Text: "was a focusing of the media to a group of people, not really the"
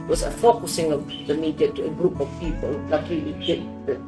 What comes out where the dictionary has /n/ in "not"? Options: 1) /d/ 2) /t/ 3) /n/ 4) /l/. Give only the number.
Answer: 4